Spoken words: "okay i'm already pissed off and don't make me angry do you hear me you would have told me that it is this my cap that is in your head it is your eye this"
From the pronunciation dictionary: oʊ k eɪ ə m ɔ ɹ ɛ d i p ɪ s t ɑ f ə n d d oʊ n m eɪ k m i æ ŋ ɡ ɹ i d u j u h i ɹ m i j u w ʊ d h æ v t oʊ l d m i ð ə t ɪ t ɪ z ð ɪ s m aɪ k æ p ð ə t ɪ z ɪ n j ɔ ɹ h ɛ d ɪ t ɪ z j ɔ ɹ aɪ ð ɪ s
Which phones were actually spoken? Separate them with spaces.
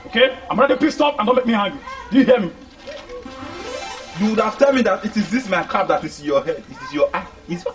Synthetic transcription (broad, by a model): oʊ k eɪ ə m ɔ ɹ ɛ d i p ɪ s t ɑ p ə n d d oʊ n m eɪ k m i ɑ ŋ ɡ i d u j u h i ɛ m i j u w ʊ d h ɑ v t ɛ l m i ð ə t ɪ t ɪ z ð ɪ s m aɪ k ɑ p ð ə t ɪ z ɪ n j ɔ h ɛ d ɪ t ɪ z j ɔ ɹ aɪ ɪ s